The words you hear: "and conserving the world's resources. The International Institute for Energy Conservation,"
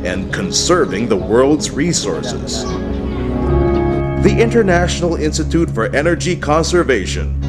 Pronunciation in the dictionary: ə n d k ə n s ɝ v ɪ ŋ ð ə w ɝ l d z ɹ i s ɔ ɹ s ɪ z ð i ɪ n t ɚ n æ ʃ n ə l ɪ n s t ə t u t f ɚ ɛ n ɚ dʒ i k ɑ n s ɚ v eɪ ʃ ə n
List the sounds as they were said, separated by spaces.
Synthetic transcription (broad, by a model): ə n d k ə n s ɝ v ɪ ŋ ð ə w ɝ l d z ɹ i s ɔ ɹ s ɪ z ð i ɪ n t ɚ n æ ʃ n l ɪ n s t ə t u t f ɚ ɛ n ɚ dʒ i k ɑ n s ɚ v eɪ ʃ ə n